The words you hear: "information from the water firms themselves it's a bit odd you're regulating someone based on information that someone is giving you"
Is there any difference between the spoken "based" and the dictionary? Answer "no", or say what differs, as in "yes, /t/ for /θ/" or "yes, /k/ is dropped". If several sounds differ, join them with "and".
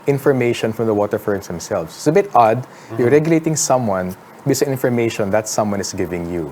yes, /t/ is dropped